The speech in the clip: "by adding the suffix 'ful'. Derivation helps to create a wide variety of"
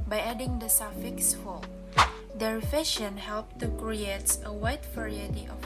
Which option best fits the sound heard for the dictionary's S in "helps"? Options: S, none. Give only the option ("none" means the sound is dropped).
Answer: none